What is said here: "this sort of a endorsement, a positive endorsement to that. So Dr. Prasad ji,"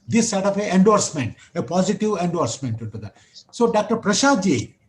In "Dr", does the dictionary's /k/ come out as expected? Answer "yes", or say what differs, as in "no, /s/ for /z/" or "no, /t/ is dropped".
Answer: yes